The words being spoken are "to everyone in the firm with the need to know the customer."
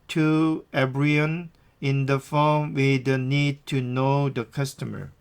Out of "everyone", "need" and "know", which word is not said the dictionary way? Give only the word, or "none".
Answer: everyone